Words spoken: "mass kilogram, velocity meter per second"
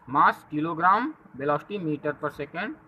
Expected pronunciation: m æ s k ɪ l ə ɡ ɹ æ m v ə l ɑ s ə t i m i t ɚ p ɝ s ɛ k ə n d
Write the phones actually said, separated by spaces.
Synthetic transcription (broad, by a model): m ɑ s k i l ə ɡ ɹ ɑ m b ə l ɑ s t i m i t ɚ p ɝ s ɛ k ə n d